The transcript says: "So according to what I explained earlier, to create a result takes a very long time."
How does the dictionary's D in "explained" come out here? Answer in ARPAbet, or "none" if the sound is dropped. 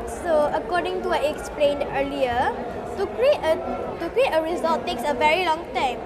D